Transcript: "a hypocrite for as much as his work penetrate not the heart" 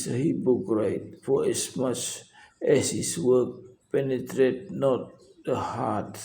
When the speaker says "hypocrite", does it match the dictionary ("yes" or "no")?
no